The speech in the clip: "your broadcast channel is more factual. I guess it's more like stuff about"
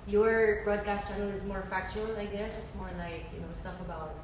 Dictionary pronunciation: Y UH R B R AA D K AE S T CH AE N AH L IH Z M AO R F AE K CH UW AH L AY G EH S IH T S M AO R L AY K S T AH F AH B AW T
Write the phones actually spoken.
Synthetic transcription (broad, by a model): Y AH R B R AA D K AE S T CH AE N L IH Z M AO R F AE K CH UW L AY G EH S IH T S M AO R L AY K S T AH F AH B AW T